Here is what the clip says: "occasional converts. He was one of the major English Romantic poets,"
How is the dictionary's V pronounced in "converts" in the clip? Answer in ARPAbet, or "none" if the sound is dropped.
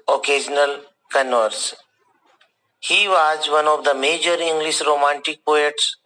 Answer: none